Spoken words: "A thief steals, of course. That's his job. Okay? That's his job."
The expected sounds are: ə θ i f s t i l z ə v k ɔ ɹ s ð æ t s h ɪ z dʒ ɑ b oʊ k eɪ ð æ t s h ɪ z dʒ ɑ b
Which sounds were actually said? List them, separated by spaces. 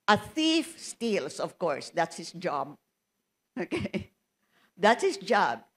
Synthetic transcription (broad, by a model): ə θ i f s t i l s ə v k ɔ ɹ s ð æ t s h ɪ s dʒ ɑ b oʊ k eɪ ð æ t s h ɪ s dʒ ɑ b